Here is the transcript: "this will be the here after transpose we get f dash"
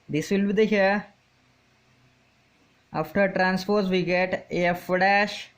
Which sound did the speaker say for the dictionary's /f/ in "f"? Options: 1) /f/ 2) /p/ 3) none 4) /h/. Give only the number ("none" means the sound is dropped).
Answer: 1